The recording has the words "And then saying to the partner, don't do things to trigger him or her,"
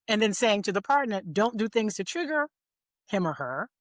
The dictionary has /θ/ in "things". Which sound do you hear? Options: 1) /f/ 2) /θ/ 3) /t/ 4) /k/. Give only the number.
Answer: 2